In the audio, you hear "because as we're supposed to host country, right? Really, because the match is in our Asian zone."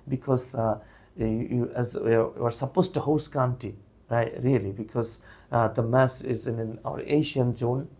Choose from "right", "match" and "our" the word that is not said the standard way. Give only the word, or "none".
match